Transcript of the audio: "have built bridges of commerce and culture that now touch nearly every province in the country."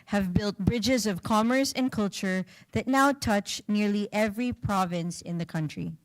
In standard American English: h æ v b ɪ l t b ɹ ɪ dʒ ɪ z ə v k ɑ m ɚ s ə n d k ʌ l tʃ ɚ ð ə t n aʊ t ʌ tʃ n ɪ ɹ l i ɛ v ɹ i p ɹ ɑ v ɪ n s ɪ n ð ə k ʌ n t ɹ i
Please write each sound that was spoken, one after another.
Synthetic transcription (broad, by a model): h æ v b ɪ l t b ɹ ɪ dʒ ɪ z ə v k ɑ m ɚ s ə n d k ʌ l tʃ ɚ ð ə t n aʊ t ʌ tʃ n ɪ ɹ l i ɛ v ɹ i p ɹ ɑ v ɪ n s ɪ n ð ə k ʌ n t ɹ i